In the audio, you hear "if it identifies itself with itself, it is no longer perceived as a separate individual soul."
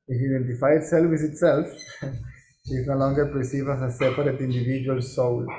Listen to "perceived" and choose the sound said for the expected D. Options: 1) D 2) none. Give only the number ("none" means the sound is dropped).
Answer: 2